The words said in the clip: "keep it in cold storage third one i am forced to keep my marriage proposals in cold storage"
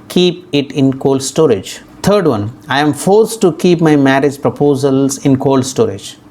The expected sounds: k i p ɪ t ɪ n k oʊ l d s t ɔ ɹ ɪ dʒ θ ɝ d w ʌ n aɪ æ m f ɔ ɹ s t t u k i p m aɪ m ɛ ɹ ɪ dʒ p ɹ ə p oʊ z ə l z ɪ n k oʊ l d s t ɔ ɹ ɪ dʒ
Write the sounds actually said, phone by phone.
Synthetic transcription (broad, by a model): k i p ɪ t ɪ n k oʊ l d s t ɔ ɹ ɪ dʒ t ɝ d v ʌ n aɪ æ m f ɔ ɹ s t t u k i p m aɪ m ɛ ɹ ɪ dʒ p ɹ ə p oʊ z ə l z ɪ n k oʊ l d s t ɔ ɹ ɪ dʒ